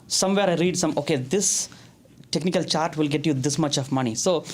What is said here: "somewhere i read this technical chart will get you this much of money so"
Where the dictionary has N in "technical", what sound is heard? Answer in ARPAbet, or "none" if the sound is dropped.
N